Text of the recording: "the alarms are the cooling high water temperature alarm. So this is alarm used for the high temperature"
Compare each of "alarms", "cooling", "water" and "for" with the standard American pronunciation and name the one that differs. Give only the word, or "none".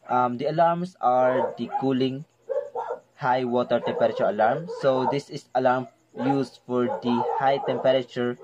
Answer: alarms